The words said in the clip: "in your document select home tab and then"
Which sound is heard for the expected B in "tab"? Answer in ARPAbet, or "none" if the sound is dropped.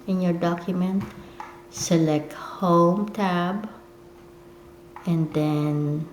B